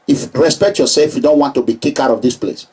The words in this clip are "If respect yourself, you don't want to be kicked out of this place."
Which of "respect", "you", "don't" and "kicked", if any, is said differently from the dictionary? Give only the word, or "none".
kicked